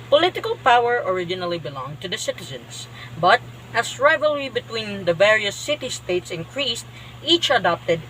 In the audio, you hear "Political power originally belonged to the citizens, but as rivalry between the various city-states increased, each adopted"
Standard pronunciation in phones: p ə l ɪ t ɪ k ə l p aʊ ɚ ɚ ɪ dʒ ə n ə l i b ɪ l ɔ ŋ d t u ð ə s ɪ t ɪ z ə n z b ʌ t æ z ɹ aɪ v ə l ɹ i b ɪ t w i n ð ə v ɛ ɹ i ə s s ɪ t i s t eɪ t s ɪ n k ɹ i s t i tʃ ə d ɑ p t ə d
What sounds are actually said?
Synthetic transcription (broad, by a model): p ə l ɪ t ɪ k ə l p aʊ ɚ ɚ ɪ dʒ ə n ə l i b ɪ l ɔ ŋ t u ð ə s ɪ t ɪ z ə n s b ʌ t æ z ɹ aɪ v ə l ɹ i b ɪ t w i n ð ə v ɛ ɹ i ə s s ɪ t i s t eɪ t s ɪ n k ɹ i s t i tʃ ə d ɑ p t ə d